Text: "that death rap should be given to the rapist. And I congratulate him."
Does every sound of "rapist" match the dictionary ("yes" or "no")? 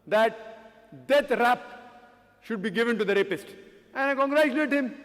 yes